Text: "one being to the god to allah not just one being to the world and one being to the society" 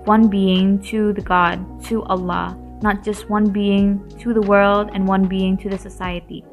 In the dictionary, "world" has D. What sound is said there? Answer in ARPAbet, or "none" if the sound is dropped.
D